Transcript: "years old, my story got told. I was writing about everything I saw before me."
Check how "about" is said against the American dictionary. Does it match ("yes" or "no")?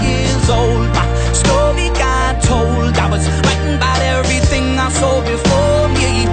no